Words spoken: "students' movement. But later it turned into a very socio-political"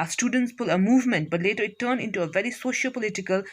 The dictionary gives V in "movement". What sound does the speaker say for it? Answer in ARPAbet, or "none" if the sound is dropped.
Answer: V